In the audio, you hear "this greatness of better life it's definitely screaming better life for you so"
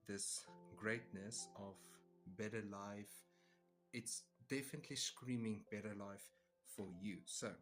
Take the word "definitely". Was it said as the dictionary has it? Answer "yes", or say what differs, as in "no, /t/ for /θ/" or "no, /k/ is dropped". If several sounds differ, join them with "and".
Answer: yes